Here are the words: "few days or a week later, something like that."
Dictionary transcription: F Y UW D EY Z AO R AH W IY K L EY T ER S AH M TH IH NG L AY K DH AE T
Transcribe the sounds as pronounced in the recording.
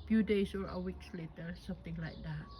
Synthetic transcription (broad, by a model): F Y UW D EY S AO R AH W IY K L EY T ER S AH M T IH NG L AY K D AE T